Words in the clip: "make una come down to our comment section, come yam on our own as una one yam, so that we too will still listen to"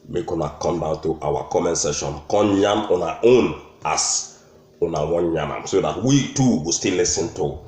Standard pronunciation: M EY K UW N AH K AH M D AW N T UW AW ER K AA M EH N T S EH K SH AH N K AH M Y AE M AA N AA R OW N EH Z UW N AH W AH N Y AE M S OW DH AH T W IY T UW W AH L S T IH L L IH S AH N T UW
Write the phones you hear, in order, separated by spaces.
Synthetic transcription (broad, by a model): M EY K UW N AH K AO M D AW N T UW AW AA K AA M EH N S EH SH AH N K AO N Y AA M AA N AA OW N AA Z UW N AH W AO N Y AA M S OW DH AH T W IY T UW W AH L S T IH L L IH S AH N T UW